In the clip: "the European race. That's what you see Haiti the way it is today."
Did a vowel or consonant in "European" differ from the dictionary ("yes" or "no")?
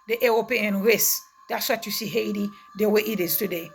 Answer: yes